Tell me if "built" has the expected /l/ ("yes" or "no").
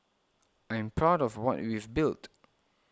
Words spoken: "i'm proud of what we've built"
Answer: yes